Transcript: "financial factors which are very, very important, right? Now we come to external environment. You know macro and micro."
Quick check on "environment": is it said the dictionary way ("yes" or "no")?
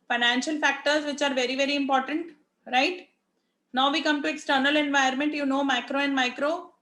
no